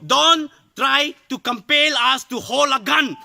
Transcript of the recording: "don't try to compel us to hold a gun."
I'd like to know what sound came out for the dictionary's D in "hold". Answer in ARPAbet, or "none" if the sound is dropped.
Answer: none